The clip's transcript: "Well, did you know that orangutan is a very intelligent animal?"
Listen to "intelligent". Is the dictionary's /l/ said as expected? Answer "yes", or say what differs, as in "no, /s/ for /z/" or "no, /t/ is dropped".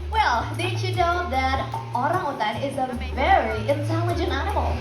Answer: yes